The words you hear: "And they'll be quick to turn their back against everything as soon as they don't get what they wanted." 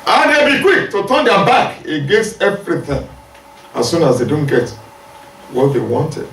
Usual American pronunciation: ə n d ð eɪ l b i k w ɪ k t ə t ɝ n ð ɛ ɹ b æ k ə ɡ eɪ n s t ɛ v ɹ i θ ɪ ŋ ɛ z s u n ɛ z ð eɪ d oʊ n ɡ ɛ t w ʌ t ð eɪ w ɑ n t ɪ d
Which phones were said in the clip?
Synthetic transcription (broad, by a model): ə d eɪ b i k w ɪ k t ə t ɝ n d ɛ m b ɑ k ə ɡ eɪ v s ɛ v ɹ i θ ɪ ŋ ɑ s u n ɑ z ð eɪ d oʊ n ɡ ɛ t w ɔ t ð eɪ w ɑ n t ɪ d